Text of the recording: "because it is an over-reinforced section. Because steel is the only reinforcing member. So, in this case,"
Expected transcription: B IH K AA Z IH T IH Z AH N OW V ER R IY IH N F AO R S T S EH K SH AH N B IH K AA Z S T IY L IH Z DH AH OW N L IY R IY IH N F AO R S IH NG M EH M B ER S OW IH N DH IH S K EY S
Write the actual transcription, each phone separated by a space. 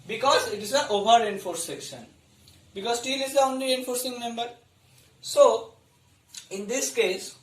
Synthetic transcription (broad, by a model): B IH K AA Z IH T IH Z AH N OW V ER R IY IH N F AO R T S EH K SH AH N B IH K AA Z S T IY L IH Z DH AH OW N L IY IY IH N F AO R S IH NG M EH M B ER S OW IH N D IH S K EY S